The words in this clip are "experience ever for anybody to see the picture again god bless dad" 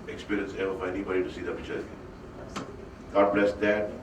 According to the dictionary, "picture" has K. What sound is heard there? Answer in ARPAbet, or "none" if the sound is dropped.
none